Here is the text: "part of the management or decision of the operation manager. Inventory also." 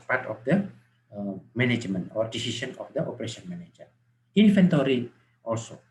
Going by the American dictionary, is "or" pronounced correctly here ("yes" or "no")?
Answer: yes